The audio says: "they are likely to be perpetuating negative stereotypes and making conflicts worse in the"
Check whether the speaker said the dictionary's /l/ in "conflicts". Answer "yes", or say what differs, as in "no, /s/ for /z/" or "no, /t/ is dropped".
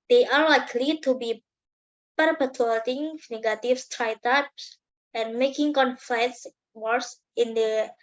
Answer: no, /l/ is dropped